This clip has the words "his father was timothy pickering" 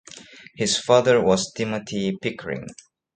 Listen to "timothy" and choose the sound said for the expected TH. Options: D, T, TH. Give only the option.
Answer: T